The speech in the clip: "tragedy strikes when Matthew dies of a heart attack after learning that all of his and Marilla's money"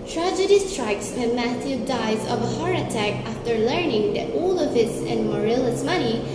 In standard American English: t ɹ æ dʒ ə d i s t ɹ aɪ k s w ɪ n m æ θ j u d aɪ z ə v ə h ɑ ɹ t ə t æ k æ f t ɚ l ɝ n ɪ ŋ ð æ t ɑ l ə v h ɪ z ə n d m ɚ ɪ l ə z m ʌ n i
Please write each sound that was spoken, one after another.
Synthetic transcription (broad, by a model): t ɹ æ dʒ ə d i s t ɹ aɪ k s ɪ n m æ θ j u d aɪ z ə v ə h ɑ ɹ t ə t æ k æ f t ɚ l ɝ n ɪ ŋ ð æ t ɑ l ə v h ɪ s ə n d m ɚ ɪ l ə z m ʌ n i